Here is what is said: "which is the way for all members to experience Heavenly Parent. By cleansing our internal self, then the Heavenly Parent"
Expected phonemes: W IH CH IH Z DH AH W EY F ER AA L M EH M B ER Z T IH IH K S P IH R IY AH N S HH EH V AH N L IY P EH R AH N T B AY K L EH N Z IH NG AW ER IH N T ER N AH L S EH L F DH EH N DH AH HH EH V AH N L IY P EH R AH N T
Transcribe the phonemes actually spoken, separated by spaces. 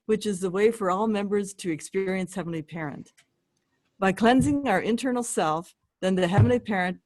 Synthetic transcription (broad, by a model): W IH CH IH Z DH AH W EY F ER AA L M EH M B ER Z T IH IH K S P IH R IY AH N S HH EH V N L IY P EH R AH N T B AY K L EH N Z IH NG AW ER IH N T ER N L S EH L F DH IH N DH AH HH EH V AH N L IY P EH R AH N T